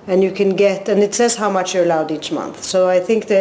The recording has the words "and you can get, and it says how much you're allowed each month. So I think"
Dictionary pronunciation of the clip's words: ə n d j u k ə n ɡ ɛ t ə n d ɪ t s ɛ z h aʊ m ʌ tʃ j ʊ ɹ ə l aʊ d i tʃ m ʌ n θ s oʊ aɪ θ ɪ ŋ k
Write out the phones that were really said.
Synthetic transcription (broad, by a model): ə n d j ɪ k ə n ɡ ɛ t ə n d ɪ t s ɛ z h aʊ m ʌ tʃ j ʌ ɹ ə l aʊ d i tʃ m ʌ n θ s oʊ aɪ θ ɪ ŋ k